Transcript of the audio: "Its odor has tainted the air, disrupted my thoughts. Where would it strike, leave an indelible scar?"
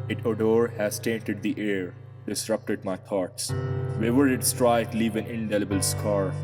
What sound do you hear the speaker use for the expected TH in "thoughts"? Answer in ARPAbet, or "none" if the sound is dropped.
T